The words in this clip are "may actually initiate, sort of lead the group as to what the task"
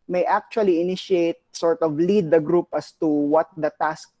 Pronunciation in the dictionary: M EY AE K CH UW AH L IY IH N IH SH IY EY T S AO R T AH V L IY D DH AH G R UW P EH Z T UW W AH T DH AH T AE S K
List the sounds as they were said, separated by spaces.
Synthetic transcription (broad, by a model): M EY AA K CH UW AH L IY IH N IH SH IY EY T S AO R T AH V L IY D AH G R UW P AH S T UW W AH T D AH T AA S K